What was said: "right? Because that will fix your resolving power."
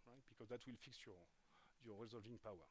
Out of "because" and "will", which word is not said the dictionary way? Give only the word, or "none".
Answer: none